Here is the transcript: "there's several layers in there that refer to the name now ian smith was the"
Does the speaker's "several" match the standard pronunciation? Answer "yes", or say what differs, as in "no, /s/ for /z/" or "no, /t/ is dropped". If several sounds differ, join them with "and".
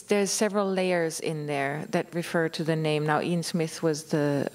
yes